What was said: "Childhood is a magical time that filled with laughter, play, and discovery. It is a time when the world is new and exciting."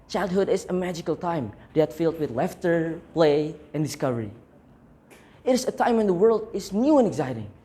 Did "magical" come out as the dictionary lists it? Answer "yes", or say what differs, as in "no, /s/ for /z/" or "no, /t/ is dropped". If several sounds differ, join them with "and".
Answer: yes